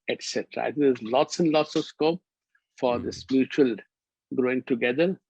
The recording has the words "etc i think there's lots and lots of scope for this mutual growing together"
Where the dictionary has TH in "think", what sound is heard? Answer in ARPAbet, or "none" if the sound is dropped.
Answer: T